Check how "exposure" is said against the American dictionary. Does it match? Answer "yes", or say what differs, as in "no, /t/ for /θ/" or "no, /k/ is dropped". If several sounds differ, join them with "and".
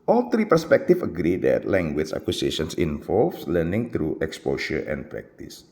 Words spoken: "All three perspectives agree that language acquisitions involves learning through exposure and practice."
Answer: no, /ʃ/ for /ʒ/